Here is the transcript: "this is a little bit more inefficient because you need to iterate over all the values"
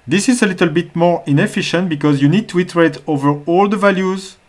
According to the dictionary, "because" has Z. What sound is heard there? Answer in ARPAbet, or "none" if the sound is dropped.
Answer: Z